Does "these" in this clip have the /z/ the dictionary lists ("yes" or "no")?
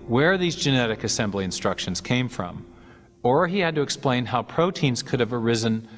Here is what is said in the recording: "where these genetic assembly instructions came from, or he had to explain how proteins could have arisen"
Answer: yes